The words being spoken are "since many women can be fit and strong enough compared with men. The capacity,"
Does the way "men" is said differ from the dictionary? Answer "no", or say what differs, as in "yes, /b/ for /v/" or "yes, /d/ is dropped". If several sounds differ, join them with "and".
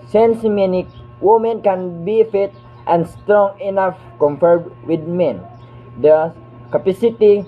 no